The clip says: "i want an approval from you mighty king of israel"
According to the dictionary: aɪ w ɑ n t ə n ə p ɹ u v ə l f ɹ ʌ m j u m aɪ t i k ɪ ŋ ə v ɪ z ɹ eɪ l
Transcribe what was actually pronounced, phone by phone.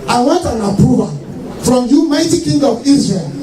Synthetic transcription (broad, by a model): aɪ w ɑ t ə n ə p u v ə f ɹ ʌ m j u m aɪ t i k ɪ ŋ ə v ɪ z ɹ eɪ l